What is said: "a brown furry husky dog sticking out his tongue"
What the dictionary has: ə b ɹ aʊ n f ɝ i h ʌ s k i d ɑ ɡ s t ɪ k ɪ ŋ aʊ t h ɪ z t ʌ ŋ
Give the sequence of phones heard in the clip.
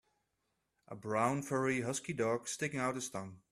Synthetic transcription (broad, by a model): ə b ɹ aʊ n f ɝ i h ʌ s k i d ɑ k s t ɪ k ɪ ŋ aʊ t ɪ s t ʌ ŋ